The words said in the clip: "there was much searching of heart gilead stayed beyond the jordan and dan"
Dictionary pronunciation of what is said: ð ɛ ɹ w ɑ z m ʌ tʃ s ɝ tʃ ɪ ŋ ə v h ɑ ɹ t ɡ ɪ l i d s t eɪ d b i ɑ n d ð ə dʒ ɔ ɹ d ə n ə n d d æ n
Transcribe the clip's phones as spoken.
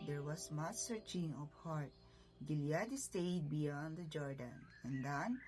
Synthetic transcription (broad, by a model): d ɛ ɹ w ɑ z m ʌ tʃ s ɝ tʃ ɪ ŋ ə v h ɑ ɹ t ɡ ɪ l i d s t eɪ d b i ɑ n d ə dʒ ɔ ɹ d ə n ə n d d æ n